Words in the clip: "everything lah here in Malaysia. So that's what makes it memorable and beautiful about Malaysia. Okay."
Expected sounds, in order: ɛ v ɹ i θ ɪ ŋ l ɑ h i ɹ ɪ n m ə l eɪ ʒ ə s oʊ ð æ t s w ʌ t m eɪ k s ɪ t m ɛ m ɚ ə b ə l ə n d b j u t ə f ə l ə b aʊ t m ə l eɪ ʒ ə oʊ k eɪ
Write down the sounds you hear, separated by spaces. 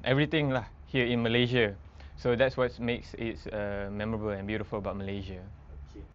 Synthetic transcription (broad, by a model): ɛ v ɹ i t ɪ ŋ l ɑ h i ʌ ɪ n m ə l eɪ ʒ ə s oʊ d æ t s w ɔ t m eɪ k s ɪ t m ɛ m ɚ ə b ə l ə n b j u t ə f ə l ə b aʊ t m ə l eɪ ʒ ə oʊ